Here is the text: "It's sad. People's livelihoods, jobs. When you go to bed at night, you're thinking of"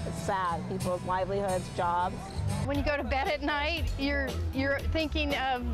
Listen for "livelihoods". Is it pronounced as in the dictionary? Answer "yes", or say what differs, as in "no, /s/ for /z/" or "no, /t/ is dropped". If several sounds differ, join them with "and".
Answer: yes